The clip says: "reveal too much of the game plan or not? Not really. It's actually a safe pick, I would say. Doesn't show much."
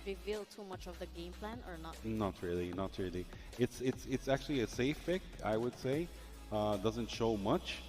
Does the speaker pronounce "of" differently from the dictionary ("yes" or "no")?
no